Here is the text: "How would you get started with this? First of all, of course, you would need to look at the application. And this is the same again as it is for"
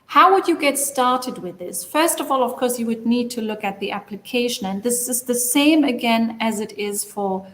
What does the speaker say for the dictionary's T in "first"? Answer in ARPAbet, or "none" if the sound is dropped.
T